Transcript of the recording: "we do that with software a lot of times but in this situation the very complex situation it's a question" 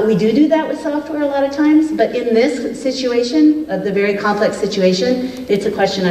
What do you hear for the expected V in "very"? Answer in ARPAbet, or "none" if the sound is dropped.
V